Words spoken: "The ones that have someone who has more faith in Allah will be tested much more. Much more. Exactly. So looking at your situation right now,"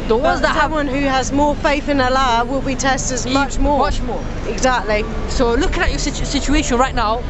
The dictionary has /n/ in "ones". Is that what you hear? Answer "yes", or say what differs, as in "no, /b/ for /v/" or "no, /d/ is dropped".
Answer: no, /n/ is dropped